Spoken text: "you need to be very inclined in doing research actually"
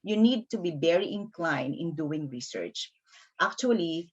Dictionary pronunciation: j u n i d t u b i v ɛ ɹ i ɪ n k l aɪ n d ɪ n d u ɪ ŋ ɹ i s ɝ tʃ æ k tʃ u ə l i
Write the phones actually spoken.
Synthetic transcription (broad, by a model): j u n i d t u b i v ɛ ɹ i ɪ n k l aɪ n d ɪ n d u ɪ ŋ ɹ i s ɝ tʃ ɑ k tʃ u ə l i